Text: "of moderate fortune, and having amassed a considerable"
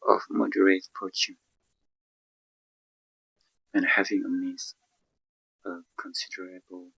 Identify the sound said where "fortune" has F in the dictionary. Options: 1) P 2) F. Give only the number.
1